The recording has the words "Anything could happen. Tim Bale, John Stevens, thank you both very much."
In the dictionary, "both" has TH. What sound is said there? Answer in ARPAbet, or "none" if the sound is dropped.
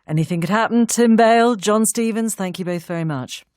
TH